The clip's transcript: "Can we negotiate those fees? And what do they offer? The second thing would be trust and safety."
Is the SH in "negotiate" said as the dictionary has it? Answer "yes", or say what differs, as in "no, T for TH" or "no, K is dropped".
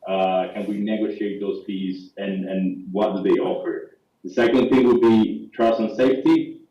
yes